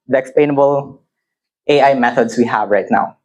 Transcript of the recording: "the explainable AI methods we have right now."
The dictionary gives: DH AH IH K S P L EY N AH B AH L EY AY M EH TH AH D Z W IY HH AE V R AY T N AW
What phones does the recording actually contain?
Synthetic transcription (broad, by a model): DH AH IH K S P L EY N AH B AH L EY AY M EH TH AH D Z W IY HH AE V R AY T N AW